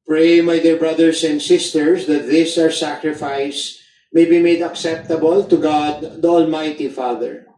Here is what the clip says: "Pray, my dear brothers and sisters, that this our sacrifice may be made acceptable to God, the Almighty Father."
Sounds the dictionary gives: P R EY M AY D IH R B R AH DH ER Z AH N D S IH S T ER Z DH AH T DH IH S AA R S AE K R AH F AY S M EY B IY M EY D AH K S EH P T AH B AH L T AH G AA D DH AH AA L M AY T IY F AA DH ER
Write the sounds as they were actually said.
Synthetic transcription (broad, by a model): P R EY M AY D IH R B R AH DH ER S AH N D S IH S T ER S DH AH T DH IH S AA R S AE K R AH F AY S M EY B IY M EY D AH K S EH P T AH B AH L T AH G AA D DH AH AA L M AY T IY F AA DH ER